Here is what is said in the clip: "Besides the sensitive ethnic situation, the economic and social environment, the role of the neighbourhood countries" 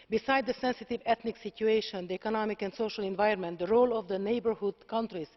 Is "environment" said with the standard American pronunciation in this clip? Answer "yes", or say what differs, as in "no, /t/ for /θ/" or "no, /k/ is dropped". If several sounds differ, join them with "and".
no, /ɹ/ is dropped